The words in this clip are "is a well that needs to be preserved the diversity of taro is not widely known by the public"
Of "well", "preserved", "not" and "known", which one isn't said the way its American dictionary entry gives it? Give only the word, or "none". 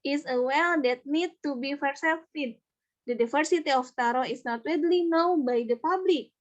preserved